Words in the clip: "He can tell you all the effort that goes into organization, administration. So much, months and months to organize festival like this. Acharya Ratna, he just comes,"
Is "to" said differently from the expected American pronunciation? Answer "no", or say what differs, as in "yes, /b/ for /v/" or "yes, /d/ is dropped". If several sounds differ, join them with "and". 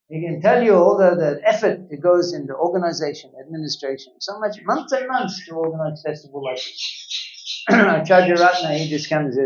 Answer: no